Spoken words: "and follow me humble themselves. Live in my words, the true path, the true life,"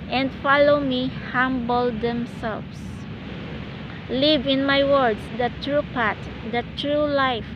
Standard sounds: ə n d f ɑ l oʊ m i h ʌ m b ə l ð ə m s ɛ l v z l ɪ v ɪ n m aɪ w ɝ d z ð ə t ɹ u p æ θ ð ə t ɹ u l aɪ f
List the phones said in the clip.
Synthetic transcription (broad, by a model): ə n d f ɑ l oʊ m i h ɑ m b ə l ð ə m s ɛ l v s l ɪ v ɪ n m aɪ w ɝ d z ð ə t ɹ u p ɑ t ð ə t ɹ u l aɪ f